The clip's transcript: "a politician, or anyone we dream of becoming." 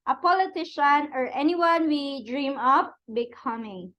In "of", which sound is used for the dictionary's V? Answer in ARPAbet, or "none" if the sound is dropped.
P